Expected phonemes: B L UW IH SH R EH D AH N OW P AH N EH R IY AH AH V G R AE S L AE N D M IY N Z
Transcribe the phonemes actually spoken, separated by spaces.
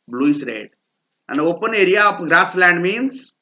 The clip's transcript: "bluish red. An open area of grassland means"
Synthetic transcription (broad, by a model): B L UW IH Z R EH D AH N OW P AH N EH R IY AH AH P G R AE S L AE N D M IY N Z